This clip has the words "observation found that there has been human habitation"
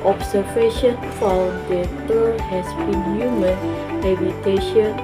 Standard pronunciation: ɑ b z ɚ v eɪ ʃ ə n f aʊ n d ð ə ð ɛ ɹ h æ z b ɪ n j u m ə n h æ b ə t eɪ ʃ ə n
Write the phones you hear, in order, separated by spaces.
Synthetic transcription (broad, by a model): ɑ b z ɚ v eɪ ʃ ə n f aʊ l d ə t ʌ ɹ h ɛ s b ɪ n j u m ə n h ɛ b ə t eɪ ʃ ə n